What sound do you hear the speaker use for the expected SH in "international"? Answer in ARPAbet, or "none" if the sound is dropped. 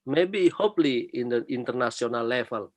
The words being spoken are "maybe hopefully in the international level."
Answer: S